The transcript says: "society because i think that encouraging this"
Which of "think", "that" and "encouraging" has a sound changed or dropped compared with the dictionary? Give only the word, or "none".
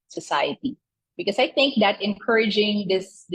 none